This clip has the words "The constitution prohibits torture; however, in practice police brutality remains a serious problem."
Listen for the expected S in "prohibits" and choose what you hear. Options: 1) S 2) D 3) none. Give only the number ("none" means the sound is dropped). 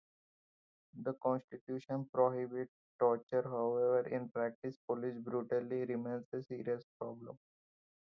3